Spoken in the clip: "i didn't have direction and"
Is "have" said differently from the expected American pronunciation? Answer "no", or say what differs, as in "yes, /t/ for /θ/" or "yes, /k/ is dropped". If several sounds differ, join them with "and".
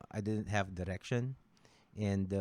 no